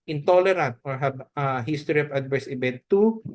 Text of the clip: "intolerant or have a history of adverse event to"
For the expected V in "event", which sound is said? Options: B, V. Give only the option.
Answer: B